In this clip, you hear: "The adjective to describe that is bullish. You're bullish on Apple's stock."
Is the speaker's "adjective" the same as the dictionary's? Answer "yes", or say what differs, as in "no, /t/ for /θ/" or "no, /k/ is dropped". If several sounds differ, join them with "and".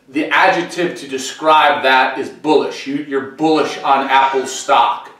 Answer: yes